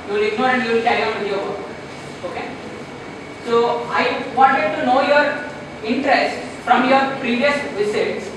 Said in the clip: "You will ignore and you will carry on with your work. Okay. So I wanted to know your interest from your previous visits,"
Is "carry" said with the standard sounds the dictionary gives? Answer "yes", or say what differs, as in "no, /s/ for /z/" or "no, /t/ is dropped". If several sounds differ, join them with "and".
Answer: no, /ɹ/ is dropped